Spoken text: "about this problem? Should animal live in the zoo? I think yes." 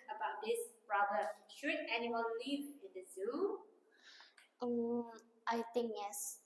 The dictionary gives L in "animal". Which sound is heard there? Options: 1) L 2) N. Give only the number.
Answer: 2